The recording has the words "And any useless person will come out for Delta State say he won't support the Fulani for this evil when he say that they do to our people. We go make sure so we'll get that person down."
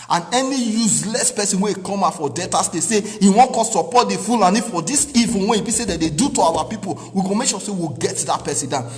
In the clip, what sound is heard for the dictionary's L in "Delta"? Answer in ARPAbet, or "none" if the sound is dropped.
none